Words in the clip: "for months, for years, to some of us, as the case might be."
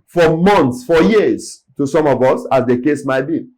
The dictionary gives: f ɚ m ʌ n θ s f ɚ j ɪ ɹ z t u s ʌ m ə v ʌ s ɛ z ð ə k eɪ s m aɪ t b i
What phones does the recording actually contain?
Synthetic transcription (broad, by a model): f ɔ m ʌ n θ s f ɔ j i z t u s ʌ m ə v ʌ s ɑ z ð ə k eɪ s m aɪ t b i